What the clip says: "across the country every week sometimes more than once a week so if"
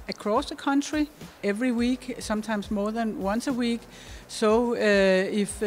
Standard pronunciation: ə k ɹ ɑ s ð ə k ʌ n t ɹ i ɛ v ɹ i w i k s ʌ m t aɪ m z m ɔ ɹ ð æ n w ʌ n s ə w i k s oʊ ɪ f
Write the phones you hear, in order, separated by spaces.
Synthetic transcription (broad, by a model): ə k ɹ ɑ s ð ə k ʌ n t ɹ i ɛ v ɹ i w i k s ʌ m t aɪ m s m ɔ ð æ n w ʌ n s ə w i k s oʊ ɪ f